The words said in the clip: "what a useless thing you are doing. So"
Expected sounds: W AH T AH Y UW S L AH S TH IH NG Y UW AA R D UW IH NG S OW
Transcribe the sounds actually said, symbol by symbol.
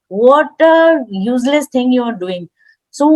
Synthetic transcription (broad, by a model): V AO T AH Y UW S L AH S T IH NG Y UW AA R D UW IH NG S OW